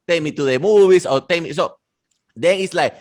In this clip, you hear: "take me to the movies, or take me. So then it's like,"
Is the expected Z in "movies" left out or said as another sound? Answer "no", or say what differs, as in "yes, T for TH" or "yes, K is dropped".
yes, S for Z